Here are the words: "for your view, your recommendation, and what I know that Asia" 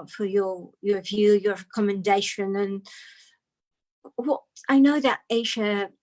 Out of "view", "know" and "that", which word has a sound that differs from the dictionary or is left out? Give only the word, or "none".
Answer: none